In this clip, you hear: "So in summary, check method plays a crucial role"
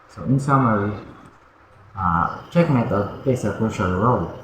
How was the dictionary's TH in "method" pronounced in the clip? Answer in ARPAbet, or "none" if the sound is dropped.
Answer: T